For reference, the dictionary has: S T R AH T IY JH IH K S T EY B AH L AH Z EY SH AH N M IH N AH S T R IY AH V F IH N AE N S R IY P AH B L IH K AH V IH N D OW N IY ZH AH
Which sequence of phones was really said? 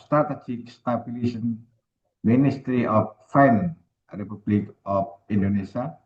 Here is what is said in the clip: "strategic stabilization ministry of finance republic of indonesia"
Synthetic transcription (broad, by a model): S T R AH T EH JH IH K S T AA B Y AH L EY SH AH N M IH N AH S T R IY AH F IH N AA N R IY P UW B L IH K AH F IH N D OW N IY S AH